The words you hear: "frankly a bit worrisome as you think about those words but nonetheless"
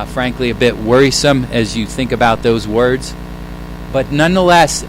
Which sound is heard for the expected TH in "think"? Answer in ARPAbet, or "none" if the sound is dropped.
TH